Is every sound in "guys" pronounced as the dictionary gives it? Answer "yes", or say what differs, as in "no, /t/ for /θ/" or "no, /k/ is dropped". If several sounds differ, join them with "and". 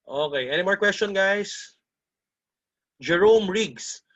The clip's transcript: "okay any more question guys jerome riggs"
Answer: no, /s/ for /z/